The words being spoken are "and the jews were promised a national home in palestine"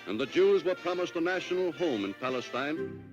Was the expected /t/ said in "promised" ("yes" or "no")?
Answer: yes